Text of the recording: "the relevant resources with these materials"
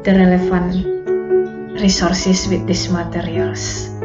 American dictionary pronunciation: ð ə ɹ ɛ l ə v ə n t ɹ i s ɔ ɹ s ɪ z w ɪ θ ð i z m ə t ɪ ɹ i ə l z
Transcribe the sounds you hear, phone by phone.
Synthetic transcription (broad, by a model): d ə ɹ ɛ l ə f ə n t ɹ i s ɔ ɹ s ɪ s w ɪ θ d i s m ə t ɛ ɹ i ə l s